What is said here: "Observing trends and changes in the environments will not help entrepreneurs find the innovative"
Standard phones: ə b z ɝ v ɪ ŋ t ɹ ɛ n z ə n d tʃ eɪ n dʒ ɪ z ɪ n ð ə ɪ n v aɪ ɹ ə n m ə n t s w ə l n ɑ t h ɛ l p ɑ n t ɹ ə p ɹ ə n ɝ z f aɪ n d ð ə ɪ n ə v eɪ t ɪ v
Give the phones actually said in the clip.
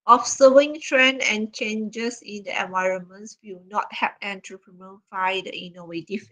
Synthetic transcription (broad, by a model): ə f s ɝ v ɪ ŋ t ɹ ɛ n ə n tʃ eɪ n dʒ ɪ s ɪ n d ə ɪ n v aɪ ɹ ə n m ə n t s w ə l n ɑ t h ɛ p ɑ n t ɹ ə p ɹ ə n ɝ f aɪ d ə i n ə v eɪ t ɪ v